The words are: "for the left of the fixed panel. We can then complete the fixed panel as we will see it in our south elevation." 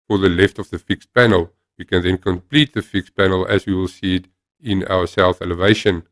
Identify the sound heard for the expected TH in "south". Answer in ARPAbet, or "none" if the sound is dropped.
TH